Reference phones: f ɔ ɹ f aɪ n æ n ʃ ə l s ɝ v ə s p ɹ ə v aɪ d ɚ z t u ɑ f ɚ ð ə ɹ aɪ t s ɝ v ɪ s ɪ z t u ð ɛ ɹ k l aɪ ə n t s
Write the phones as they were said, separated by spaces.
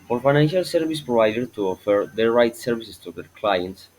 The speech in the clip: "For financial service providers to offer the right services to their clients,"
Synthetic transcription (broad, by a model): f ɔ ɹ f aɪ n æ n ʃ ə l s ɝ v ə s p ɹ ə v aɪ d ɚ t u ɑ f ɚ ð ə ɹ aɪ t s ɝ v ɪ s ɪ s t u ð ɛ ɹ k l aɪ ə n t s